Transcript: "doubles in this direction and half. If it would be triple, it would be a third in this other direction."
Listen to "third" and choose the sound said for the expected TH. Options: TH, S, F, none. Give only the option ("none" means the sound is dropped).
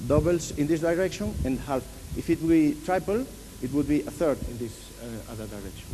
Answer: TH